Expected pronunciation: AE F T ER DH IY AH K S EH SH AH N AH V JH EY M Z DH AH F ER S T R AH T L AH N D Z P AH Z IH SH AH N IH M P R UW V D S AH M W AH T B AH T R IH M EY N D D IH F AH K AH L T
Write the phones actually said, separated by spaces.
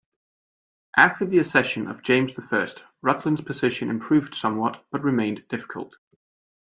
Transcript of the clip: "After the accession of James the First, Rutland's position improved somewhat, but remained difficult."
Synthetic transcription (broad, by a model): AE F T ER DH IY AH S EH SH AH N AH V JH EY M Z DH AH F ER S T R AH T L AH N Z P AH Z IH SH AH N IH M P R UW V D S AH M W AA T B AH T R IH M EY N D D IH F AH K AH L T